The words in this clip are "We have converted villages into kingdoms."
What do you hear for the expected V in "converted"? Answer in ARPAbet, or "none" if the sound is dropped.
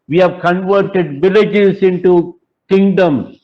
V